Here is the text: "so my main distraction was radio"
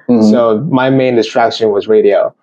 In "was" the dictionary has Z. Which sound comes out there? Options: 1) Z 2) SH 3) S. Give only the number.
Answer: 1